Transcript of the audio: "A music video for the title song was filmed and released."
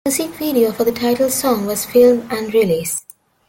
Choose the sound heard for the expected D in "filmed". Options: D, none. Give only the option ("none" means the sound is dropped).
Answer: none